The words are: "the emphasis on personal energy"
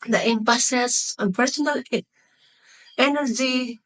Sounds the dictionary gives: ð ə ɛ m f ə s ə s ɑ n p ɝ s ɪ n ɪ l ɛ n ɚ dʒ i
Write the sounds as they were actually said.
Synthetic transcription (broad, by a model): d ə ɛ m p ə s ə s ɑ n p ɝ s ɪ n ɪ l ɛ n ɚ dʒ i